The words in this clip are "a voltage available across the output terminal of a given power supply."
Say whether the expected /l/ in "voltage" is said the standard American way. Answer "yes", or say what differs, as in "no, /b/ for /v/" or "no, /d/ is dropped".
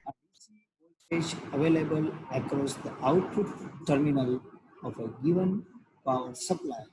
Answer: no, /l/ is dropped